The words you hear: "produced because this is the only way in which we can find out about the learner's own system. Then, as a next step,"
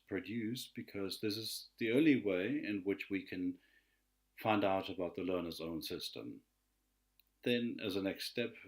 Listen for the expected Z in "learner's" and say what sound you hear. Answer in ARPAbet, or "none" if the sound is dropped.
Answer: Z